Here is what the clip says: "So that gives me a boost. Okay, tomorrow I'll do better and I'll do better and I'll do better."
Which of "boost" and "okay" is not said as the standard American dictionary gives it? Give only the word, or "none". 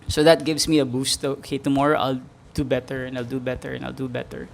none